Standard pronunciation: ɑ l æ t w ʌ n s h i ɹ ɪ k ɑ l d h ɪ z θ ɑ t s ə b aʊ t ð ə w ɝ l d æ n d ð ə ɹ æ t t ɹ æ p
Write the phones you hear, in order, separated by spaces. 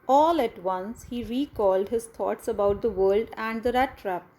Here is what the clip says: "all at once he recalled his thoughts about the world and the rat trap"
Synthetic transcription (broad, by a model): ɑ l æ t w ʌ n s h i ɹ ɪ k ɑ l d h ɪ z t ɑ t s ə b aʊ t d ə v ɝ l d æ n d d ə ɹ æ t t ɹ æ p